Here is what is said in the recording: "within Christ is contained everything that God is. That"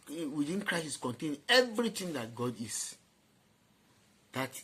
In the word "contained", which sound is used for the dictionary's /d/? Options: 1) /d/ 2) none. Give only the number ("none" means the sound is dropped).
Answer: 2